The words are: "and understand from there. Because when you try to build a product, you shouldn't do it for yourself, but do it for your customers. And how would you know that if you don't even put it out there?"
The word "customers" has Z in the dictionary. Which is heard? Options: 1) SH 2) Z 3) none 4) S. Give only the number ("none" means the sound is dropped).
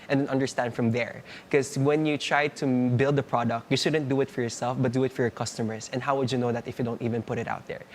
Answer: 4